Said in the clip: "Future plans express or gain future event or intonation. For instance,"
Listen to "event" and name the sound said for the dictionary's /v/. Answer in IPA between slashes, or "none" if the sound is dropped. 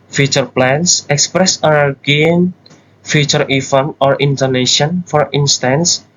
/f/